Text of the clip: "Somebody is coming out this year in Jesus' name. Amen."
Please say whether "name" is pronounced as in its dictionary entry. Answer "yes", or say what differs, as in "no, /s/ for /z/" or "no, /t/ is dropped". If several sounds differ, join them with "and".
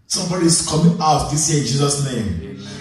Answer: no, /m/ is dropped